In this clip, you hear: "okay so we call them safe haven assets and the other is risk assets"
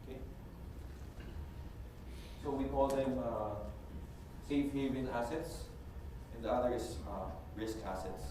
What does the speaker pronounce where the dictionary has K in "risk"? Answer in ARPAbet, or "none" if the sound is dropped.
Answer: K